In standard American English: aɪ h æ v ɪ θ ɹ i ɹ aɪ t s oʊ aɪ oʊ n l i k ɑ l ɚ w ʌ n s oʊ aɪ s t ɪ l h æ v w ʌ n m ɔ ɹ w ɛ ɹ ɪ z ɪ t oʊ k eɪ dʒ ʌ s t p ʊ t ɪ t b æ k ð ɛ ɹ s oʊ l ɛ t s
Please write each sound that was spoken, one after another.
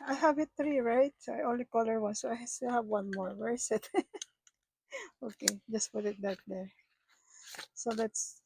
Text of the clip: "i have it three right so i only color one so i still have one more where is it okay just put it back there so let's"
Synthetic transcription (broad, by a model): aɪ h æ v ɪ t ɹ i ɹ aɪ t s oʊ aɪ oʊ n l i k ɑ l ɚ w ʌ n s oʊ aɪ s t ɪ l h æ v w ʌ n m ɔ ɹ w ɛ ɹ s ɪ t oʊ k eɪ dʒ ʌ s t p ʊ t ɪ t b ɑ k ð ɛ ɹ s oʊ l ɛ t s